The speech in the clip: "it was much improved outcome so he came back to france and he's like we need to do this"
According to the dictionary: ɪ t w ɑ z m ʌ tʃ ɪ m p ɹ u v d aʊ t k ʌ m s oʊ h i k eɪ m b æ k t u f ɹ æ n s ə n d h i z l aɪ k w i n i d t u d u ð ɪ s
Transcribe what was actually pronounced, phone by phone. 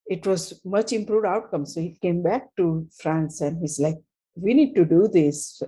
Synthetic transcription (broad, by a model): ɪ t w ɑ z m ʌ tʃ ɪ m p ɹ u v d aʊ t k ʌ m s oʊ h i k eɪ m b æ k t u f ɹ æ n s ə n d h i z l aɪ k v i n i d t u d u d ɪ s